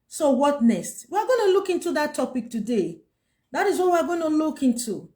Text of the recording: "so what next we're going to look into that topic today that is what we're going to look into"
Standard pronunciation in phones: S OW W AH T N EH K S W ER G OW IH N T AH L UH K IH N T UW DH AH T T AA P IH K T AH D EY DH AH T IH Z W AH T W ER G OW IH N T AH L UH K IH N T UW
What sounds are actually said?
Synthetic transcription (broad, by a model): S OW W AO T N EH S W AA G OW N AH L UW K IH N T UW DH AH T T AA P IH K T AH D EY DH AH T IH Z W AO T W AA G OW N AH L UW K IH N T UW